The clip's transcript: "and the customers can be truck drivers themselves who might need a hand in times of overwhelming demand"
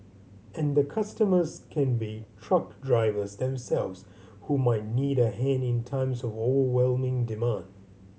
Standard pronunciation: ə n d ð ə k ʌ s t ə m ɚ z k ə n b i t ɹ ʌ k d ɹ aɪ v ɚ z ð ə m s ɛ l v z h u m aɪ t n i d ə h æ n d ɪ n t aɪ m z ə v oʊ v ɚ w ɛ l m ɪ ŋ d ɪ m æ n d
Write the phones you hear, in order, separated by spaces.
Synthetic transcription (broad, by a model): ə n ð ə k ʌ s t ə m ɚ z k ə n b i t ɹ ʌ k d ɹ aɪ v ɚ z ð ə m s ɛ l v z h u m aɪ t n i d ə h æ n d ɪ n t aɪ m z ə v oʊ v ɚ w ɛ l m ɪ ŋ d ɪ m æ n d